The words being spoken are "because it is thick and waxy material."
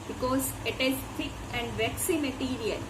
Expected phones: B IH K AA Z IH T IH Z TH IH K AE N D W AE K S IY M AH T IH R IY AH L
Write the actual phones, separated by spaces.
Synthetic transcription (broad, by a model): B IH K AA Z IH T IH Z F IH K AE N D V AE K S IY M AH T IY R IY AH L